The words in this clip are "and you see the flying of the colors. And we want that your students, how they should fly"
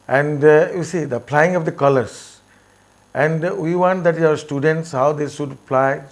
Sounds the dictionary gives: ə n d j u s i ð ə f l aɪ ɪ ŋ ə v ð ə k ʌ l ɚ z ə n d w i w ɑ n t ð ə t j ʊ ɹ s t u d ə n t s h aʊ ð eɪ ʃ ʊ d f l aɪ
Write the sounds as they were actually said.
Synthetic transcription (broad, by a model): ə n d j u s i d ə p l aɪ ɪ ŋ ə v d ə k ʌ l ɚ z ə n d w i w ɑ n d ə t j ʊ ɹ s t u d ə n t s h aʊ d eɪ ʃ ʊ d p l aɪ